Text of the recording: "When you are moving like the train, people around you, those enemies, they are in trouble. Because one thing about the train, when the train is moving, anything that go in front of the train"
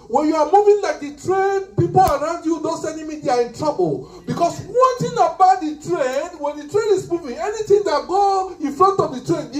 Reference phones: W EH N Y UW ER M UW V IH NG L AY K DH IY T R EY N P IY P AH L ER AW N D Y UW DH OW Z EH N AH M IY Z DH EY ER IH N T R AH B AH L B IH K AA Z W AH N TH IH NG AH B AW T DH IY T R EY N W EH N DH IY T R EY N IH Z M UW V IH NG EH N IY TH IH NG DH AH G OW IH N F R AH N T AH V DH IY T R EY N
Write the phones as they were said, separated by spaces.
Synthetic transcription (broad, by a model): W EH N Y UW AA M UW V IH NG L AY K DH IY T R EY N P IY P AH L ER AW N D Y UW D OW S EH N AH M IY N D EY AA IH N T R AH B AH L B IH K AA S W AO N T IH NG AH B AW T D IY T R EY N W EH N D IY T R EY N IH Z M UW V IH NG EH N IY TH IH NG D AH G OW IH N F R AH N T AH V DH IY T R EY N